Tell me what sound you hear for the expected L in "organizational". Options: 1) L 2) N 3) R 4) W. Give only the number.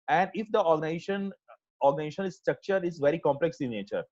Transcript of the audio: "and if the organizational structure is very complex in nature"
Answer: 2